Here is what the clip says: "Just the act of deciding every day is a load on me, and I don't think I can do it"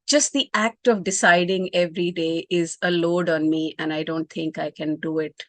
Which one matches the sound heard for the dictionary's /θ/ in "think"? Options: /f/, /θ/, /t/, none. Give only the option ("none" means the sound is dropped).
/t/